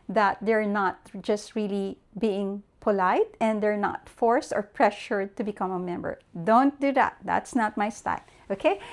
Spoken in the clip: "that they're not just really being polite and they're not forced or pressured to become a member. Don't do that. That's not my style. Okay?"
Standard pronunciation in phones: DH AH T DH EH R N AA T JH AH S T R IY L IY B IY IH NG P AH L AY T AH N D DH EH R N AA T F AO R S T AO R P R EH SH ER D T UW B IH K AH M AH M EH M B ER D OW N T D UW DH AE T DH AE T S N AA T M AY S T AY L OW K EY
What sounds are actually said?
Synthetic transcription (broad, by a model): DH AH T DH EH R N AA T JH AH S T R IY L IY B IY IH NG P AH L AY T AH N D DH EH R N AA T F AO R S T AO R P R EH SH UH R T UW B IH K AH M AH M EH M B ER D OW N T D UW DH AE T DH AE T S N AA T M AY S T AY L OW K EY